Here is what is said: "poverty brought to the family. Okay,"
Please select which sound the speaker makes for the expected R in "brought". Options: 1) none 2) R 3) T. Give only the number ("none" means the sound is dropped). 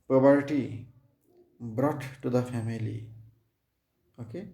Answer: 2